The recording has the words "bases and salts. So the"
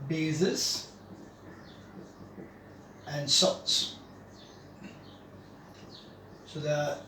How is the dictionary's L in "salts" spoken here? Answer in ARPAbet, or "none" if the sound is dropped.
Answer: none